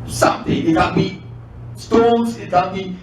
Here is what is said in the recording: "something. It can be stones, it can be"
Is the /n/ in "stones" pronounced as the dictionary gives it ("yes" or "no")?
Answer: no